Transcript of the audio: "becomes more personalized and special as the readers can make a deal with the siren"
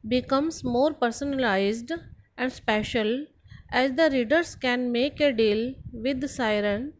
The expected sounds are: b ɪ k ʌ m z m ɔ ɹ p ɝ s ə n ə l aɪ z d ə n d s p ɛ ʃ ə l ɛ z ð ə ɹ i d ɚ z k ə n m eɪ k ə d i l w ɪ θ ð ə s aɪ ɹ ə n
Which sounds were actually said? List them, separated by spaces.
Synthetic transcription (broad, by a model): b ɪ k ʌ m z m ɔ ɹ p ɝ s ə n ə l aɪ z d ə n d s p ɛ ʃ ə l ɛ z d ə ɹ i d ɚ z k ə n m eɪ k ə d i l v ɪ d s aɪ ɹ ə n